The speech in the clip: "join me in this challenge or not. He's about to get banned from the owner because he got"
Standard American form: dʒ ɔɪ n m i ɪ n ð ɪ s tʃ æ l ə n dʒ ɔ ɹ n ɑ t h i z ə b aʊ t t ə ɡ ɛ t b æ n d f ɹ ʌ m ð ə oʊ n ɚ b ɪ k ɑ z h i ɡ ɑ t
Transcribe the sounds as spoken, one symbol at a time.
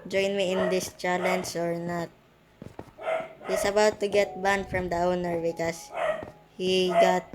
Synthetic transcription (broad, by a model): dʒ ɔɪ n m i ɪ n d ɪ s tʃ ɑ l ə n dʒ ɔ ɹ n ɑ t h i s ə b aʊ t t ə ɡ ɛ t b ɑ n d f ɹ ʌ m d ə oʊ n ɚ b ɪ k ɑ s h i ɡ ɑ t